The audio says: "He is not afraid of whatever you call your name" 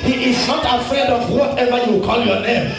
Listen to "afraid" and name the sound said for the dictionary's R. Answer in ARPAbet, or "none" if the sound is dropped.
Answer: none